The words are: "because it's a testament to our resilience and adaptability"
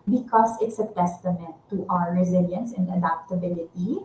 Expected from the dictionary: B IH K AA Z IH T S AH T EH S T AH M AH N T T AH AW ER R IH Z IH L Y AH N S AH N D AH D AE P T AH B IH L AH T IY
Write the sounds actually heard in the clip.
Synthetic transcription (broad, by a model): B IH K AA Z IH T S AH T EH S T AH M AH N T T AH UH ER R IH Z IH L Y AH N S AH N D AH D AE P T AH B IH L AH T IY